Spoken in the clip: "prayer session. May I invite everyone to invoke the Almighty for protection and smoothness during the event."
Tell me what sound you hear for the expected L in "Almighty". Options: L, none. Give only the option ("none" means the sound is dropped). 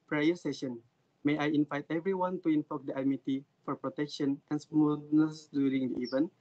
none